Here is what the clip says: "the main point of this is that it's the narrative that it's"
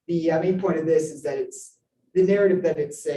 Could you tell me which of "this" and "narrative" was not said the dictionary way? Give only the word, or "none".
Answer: none